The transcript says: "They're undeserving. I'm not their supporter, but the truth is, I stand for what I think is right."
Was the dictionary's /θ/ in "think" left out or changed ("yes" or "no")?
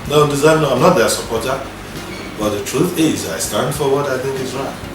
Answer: no